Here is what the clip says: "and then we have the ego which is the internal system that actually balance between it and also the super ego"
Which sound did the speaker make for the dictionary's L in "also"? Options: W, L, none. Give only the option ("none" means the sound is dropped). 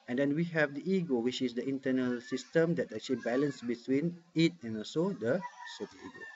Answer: none